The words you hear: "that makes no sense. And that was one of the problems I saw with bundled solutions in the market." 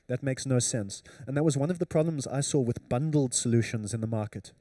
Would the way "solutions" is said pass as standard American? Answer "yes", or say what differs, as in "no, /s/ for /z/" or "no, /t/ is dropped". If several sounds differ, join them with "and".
yes